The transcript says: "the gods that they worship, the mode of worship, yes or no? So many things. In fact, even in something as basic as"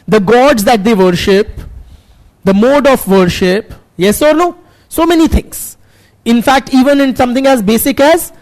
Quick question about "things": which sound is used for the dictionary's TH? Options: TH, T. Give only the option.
T